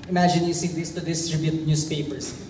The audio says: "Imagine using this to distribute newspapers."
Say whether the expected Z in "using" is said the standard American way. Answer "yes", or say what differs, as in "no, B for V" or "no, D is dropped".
no, S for Z